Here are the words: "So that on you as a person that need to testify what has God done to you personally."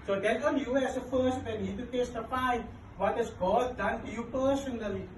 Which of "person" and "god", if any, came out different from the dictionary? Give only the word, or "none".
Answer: person